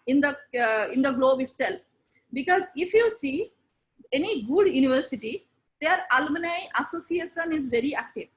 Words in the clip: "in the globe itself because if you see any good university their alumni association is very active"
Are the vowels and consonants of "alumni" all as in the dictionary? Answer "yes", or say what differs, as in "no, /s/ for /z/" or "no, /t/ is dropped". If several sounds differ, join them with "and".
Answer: no, /m/ is dropped